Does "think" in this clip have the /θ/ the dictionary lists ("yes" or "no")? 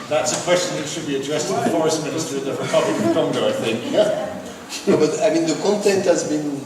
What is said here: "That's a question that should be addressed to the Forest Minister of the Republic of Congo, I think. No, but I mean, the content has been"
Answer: yes